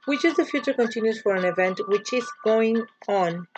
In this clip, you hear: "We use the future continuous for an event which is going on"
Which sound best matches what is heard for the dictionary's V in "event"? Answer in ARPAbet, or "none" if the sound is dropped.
V